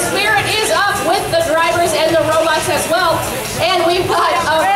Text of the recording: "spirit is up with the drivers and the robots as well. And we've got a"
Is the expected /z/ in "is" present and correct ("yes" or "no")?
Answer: yes